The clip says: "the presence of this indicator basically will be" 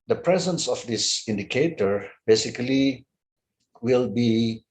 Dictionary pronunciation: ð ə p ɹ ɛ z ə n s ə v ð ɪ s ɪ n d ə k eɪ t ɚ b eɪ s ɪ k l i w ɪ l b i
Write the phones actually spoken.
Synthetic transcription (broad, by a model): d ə p ɹ ɛ z ə n s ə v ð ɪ s ɪ n d ə k eɪ t ɚ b eɪ s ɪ k l i w ɪ l b i